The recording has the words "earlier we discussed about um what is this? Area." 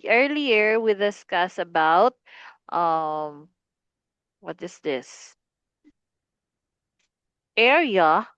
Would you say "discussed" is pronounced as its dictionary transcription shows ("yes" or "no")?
no